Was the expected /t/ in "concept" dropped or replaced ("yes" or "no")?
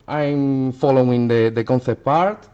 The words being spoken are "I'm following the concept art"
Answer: yes